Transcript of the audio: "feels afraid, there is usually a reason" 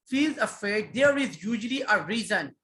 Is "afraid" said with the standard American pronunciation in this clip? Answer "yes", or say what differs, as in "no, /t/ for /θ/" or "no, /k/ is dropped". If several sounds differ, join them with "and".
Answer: no, /ɹ/ is dropped